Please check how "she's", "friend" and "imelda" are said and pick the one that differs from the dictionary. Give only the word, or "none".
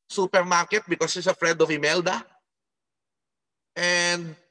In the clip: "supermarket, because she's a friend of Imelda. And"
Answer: she's